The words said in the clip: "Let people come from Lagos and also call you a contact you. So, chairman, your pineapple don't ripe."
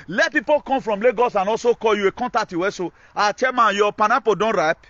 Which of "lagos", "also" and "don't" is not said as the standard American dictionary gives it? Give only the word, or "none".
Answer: also